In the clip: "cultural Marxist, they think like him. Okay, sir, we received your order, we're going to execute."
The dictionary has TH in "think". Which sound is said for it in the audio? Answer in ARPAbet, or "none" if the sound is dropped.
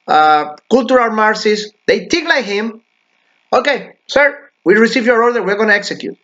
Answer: T